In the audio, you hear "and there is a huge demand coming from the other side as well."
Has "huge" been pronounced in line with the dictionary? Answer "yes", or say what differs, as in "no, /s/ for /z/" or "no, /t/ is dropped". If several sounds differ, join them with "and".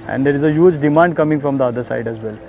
yes